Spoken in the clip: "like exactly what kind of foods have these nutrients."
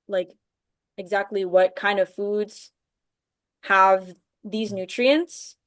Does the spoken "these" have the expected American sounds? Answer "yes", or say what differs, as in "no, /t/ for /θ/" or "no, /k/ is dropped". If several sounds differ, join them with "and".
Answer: yes